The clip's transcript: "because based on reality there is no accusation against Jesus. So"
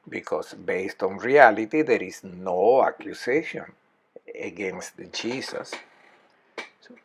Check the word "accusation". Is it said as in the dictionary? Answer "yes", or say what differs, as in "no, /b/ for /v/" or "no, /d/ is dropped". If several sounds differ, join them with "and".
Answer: no, /s/ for /z/